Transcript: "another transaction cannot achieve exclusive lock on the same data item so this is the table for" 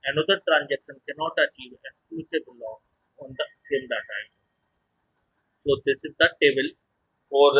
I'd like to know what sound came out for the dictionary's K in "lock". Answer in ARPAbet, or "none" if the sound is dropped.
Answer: none